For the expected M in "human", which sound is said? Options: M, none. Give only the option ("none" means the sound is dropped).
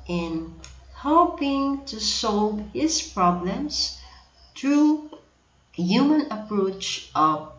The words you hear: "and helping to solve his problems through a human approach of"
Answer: M